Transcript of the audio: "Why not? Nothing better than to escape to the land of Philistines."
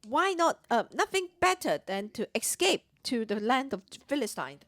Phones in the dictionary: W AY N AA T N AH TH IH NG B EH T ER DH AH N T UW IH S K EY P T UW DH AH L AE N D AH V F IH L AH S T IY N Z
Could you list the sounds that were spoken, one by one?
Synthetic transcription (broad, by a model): W AY N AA T N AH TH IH NG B EH T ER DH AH N T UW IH S K EY P T UW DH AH L AE N D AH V F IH L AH S T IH N